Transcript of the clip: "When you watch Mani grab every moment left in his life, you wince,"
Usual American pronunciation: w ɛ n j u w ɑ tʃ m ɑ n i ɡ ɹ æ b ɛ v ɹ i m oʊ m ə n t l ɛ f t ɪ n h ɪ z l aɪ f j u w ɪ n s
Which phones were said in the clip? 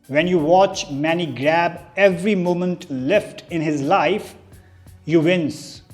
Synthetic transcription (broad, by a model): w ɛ n j u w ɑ tʃ m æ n i ɡ ɹ æ b ɛ v ɹ i m oʊ m ə n t l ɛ f t ɪ n h ɪ z l aɪ f j u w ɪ n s